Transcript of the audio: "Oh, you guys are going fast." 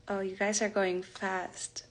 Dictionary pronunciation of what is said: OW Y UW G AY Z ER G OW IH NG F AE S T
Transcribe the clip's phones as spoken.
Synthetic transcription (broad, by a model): OW Y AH G AY Z ER G OW IH NG F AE S T